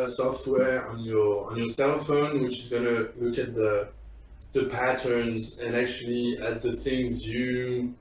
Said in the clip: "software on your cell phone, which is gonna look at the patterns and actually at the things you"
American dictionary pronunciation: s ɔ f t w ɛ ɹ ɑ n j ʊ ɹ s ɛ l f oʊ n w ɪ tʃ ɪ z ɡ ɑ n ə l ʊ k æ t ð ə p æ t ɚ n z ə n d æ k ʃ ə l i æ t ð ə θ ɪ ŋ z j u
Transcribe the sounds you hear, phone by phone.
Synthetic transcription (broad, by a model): s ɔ f t w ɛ ɹ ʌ n j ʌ ɹ s ɛ l f oʊ n w ɪ tʃ ɪ z ɡ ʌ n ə l ʊ k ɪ t ð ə p æ t ɚ n z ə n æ k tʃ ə l i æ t ð ə θ ɪ ŋ z j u